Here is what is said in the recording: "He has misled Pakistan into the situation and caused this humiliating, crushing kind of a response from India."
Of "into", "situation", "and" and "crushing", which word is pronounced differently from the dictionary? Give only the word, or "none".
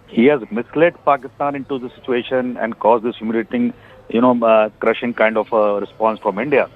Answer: none